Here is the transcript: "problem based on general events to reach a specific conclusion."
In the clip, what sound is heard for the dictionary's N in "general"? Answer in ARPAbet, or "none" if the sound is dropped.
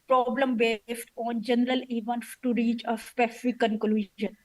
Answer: N